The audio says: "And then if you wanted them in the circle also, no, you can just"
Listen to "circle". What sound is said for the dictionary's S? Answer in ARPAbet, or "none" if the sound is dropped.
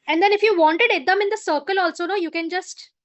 S